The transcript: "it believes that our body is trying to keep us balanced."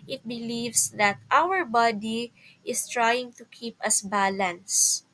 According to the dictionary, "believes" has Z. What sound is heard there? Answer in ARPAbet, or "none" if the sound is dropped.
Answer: S